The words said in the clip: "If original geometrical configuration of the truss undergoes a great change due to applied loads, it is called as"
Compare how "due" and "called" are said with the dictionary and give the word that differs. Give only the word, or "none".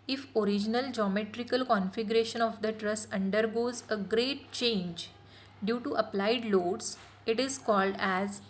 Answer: none